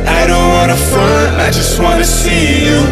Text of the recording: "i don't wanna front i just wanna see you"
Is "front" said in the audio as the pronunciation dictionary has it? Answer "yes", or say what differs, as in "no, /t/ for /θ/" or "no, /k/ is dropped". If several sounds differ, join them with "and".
no, /ɹ/ is dropped